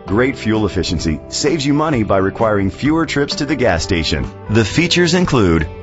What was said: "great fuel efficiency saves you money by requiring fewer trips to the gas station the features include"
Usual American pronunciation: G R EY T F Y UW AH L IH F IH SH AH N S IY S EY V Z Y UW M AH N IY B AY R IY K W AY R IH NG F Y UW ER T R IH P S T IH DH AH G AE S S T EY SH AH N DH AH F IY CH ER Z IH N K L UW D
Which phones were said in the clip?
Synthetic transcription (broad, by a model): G R EY T F Y UW L IH F IH SH AH N S IY S EY V Z Y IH M AH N IY B AY R IY K W AY R IH NG F Y UW ER T R IH P S T IH DH AH G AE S S T EY SH AH N DH AH F IY CH ER Z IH N K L UW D